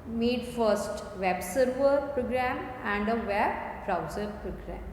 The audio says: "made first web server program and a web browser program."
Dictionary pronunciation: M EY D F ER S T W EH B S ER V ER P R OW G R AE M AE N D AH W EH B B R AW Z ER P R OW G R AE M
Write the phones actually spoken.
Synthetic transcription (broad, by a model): M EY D F ER S T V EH B S ER V ER P R OW G R AE M AE N D AH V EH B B R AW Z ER P R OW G R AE M